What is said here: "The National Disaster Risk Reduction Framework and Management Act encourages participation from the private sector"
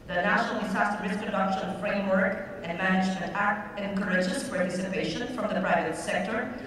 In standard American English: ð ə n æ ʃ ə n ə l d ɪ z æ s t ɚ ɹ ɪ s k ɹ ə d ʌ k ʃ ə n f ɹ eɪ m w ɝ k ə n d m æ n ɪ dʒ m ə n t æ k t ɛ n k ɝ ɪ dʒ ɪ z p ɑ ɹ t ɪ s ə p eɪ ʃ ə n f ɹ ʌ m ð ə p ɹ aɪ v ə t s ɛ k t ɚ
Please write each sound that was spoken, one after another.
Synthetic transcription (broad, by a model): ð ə n æ ʃ ə n ə l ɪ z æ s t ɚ ɹ ɪ s k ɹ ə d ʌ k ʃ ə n f ɹ eɪ m w ɝ k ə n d m æ n ɪ dʒ m ə n t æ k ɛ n k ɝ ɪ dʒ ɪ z p ɑ ɹ t ɪ s ə p eɪ ʃ ə n f ɹ ʌ m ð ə p ɹ aɪ v ə t s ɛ k t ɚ